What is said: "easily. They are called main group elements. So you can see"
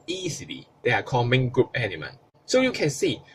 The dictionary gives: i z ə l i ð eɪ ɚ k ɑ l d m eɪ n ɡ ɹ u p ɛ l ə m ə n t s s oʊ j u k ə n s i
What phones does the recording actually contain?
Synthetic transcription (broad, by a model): i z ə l i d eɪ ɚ k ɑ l m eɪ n ɡ ɹ u p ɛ n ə m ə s s oʊ j u k ə n s i